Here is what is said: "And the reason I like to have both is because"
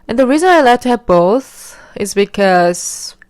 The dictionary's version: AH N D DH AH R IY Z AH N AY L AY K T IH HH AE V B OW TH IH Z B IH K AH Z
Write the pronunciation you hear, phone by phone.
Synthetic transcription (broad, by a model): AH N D DH AH R IY Z AH N AY L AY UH T IH HH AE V B OW TH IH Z B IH K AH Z